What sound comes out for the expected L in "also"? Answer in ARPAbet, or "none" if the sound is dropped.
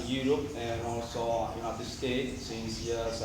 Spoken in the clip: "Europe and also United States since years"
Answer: L